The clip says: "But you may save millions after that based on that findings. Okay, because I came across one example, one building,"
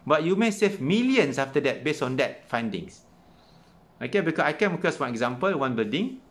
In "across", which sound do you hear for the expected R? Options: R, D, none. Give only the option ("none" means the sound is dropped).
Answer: none